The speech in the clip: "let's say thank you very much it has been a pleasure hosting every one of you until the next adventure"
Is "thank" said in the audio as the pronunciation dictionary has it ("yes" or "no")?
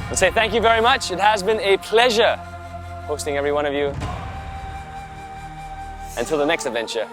yes